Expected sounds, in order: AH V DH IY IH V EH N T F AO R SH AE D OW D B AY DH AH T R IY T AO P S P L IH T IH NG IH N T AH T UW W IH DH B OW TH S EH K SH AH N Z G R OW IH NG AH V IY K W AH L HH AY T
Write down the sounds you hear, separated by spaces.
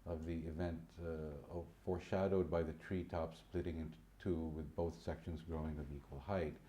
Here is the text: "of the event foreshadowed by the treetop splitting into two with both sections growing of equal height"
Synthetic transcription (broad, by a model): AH V DH IY IH V EH N T F AO R SH AE D OW D B AY DH AH T R IY T AO P S P L IH T IH NG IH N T T UW W IH DH B OW TH S EH K SH AH N Z G R OW IH NG AH V IY K W AH L HH AY T